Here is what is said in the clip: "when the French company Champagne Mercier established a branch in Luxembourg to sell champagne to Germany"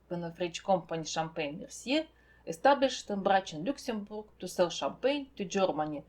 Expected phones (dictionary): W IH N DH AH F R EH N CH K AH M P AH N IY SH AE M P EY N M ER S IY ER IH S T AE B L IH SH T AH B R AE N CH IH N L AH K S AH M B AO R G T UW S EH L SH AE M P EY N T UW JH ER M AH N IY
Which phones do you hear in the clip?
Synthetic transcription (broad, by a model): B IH N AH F R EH CH K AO M P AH N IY SH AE M P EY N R S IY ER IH S T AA B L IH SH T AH B R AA CH IH N L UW K S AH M B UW R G T UW S EH L SH AE M P EY N T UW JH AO M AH N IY